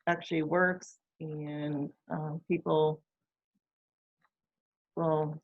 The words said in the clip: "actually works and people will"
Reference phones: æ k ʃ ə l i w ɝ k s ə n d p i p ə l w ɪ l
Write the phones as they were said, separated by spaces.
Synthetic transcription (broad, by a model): æ k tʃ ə l i w ɝ k s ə n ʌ p i p l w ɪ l